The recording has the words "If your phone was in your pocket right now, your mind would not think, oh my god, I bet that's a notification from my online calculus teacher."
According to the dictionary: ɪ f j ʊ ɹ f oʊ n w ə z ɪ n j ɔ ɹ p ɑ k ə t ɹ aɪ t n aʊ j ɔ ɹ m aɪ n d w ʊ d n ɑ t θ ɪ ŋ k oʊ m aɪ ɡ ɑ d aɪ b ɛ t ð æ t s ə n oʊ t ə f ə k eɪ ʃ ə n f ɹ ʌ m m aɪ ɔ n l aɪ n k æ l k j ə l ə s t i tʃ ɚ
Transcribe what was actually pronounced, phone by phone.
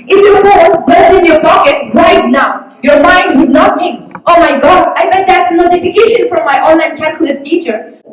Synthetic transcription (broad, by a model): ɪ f j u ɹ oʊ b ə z ɪ n j ɔ ɹ p ɑ k ə t ɹ aɪ t n aʊ j ɔ ɹ m aɪ n d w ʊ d n ɑ t t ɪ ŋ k oʊ m aɪ ɡ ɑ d aɪ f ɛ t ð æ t s ə n oʊ t ə f ə k eɪ ʃ ə n f ɹ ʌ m m aɪ ɔ n l aɪ n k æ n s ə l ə s t i tʃ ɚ